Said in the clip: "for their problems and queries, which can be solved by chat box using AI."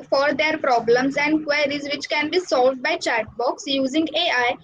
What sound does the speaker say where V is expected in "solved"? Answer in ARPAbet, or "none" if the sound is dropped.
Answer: V